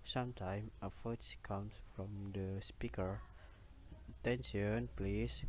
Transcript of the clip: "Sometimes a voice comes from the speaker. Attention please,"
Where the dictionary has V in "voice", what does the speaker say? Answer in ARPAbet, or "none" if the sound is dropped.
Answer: F